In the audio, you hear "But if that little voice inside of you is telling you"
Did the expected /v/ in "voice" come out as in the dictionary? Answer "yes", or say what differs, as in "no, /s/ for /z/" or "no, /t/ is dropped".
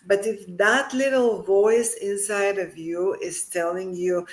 yes